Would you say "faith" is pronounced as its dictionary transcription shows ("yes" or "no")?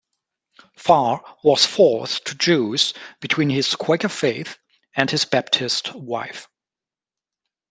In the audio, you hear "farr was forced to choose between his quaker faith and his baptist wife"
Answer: yes